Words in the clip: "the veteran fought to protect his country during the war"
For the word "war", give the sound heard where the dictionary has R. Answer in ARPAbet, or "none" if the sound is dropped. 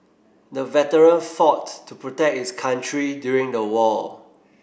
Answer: L